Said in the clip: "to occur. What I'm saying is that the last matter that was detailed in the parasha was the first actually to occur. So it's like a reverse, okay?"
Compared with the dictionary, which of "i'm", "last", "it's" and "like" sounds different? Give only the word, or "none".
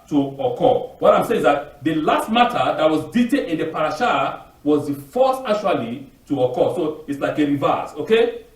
none